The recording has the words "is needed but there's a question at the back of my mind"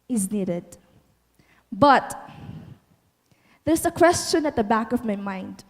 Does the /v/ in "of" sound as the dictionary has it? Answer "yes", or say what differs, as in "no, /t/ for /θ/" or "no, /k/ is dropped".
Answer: yes